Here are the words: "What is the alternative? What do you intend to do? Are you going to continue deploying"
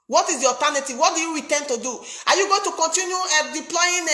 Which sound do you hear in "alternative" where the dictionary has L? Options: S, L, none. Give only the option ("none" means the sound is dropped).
none